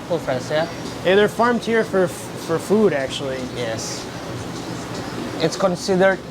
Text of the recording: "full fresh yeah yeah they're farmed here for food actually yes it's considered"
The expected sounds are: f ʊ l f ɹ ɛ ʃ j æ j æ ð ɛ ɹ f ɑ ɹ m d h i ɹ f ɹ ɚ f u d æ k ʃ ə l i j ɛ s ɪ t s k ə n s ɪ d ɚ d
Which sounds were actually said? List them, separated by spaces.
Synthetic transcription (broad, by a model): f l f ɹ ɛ s j æ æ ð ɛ ɹ f ɑ ɹ m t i ɹ f ɹ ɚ f u d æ k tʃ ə l i j ɛ s ɪ t s k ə n s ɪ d ɚ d